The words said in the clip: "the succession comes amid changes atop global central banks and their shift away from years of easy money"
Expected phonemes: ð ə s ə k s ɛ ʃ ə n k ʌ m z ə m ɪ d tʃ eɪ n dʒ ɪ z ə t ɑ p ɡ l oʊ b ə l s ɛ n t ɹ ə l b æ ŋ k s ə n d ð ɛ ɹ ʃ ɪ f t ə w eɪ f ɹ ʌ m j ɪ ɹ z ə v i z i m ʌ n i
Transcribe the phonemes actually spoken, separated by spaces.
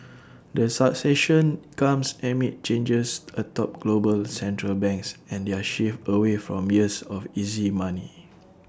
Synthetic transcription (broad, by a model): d ə s ə k s ɛ ʃ ə n k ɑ m s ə m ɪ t tʃ eɪ n dʒ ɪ s ə t ɑ p ɡ l oʊ b ə l s ɛ n t ɹ ə l b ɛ ŋ k s ə n d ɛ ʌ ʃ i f ə w eɪ f ɹ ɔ m j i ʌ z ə f i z i m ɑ n i